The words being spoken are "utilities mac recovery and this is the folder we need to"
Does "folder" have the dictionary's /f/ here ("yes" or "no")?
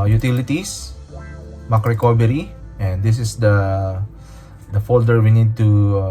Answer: yes